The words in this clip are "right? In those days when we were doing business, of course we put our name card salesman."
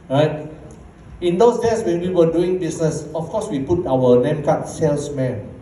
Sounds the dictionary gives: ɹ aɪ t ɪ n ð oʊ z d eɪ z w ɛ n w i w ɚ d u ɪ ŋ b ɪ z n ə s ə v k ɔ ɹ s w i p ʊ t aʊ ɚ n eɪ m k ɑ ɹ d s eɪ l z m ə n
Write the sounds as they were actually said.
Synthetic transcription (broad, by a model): ɹ aɪ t ɪ n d oʊ s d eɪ s w ɛ n w i w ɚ d u ɪ ŋ b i s n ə s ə f k ɔ s w i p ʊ t aʊ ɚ l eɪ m k ɑ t s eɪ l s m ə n